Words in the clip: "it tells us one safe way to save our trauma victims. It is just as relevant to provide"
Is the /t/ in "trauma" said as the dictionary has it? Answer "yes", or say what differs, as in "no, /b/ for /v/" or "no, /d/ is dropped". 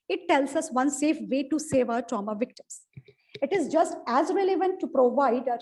yes